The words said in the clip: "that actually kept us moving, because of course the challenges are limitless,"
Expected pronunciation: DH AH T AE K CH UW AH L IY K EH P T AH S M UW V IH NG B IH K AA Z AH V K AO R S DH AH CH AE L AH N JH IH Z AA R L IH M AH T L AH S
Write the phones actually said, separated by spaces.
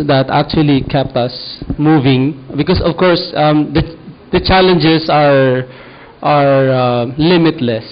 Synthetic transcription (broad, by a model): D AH T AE K CH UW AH L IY K EH P T AH S M UW V IH NG B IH K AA S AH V K AO R S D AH CH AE L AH N JH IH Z AA R L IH M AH T L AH S